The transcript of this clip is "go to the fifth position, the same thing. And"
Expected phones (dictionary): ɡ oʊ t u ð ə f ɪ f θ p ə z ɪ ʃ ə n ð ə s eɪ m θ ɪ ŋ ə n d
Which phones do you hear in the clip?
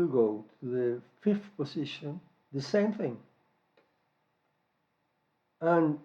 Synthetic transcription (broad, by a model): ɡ oʊ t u ð ə f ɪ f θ p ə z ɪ ʃ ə n ð ə s eɪ m θ ɪ ŋ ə n